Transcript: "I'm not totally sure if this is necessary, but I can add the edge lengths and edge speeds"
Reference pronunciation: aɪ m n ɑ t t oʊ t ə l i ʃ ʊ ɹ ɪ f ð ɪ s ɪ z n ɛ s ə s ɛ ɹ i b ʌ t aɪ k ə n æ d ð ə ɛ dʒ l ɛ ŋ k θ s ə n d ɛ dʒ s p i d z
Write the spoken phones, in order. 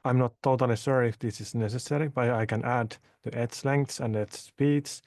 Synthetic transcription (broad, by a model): aɪ m n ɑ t t oʊ t ə l i s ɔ ɹ ɪ f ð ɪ s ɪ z n ɛ s ə s ɛ ɹ i b ʌ t aɪ k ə n æ d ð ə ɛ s l ɛ ŋ k θ s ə n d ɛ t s p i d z